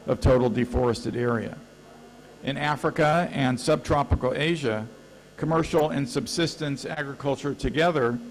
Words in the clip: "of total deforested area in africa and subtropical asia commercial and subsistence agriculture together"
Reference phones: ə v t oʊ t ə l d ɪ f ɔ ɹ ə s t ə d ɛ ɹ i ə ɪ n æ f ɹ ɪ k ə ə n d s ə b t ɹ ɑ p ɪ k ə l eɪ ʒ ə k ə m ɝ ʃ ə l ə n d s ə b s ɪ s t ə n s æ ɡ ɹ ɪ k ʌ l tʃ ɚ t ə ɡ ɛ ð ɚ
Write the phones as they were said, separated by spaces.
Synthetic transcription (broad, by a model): ə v t oʊ t l d ɪ f ɔ ɹ ə s t ə d ɛ ɹ i ə ɪ n æ f ɹ ɪ k ə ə n s ə b t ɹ ɑ p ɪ k l eɪ ʒ ə k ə m ɝ ʃ l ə n s ə b s ɪ s t ə n s æ ɡ ɹ ɪ k ʌ l tʃ ɚ t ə ɡ ɛ ð ɚ